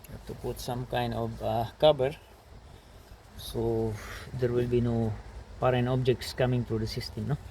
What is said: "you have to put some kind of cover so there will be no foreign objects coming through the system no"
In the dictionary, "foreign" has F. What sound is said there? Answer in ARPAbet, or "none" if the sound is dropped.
P